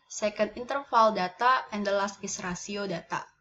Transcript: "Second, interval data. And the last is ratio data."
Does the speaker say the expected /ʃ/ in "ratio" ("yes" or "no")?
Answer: no